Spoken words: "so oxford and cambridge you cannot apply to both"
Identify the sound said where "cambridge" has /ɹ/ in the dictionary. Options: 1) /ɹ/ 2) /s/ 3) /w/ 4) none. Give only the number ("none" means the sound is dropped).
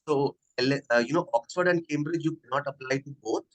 1